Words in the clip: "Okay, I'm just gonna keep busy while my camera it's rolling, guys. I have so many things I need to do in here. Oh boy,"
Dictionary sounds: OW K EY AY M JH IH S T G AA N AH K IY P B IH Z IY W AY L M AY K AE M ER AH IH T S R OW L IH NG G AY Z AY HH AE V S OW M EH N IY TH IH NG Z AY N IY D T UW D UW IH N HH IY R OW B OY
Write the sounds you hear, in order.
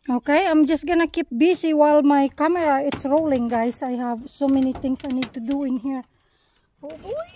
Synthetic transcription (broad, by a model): OW K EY AY M JH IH S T G AA N AH K IY P B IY S IY W AY L M AY K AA M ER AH IH T S R OW L IH NG G AY S AY HH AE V S OW M EH N IY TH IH NG S AY N IY D T UW D UW IH N HH IY R OW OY